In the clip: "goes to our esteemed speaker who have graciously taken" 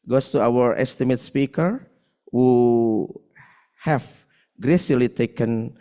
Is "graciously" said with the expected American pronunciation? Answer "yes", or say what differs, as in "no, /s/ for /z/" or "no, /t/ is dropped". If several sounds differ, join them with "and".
no, /s/ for /ʃ/ and /s/ is dropped